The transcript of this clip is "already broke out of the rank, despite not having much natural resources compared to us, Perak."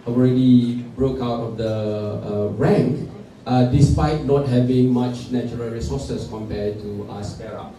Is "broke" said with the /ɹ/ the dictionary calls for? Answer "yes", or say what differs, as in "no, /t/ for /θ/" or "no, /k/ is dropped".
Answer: yes